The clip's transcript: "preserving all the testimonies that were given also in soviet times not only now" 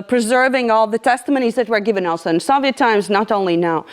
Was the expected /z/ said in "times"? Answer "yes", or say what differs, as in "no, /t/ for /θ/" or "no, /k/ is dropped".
yes